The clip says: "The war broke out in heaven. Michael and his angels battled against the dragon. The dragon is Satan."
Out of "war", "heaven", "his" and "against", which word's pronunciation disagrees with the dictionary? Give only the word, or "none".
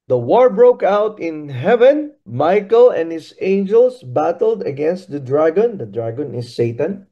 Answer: his